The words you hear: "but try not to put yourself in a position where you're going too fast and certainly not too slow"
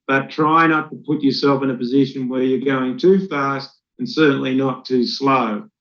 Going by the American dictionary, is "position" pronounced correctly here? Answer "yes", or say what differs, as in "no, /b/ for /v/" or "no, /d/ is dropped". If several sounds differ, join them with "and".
yes